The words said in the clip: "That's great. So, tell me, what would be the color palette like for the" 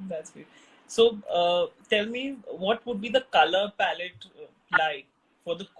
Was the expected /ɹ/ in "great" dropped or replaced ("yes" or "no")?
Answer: yes